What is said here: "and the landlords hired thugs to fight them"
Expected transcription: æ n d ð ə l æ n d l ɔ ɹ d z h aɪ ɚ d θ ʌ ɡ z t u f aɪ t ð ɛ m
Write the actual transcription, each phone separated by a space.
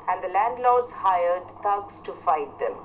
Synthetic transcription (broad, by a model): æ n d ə l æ n d l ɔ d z h aɪ ɚ d t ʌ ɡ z t u f aɪ t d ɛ m